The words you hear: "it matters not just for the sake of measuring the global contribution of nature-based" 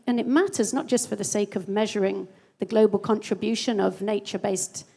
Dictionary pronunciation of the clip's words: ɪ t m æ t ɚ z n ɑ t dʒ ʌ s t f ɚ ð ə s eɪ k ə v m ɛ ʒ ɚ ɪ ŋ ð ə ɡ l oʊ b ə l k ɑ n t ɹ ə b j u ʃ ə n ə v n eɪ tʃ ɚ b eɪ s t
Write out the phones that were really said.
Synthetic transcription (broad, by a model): ɪ t m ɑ t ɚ z n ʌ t dʒ ʌ s t f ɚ ð ə s eɪ k ə v m ɛ ʒ ɚ ɪ ŋ ð ə ɡ l oʊ b ə l k ɑ n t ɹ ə b j u ʃ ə n ə v n eɪ tʃ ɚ b eɪ s t